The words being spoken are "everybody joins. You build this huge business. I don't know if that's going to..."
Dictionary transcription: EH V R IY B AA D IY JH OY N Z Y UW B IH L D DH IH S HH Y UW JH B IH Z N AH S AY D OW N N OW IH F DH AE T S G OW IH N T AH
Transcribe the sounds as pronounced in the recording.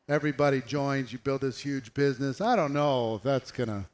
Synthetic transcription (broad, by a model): EH V R IY B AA D IY JH OY N Z Y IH B IH L D DH IH S HH Y UW JH B IH Z N AH S AY D OW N N OW IH F DH AE T S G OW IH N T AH